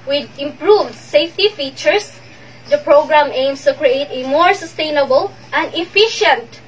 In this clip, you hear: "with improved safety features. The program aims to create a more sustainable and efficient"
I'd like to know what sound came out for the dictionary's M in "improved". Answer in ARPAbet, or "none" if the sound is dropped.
M